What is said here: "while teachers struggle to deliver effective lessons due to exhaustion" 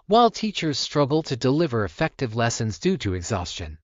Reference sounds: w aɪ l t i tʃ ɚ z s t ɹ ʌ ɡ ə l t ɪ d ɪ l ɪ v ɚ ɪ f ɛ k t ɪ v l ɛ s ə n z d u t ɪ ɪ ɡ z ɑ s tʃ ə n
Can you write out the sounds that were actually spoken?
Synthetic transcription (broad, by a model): w aɪ l t i tʃ ɚ z s t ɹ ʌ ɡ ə l t ɪ d ɪ l ɪ v ɚ ɪ f ɛ k t ɪ v l ɛ s ə n z d u t ɪ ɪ ɡ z ɑ s tʃ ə n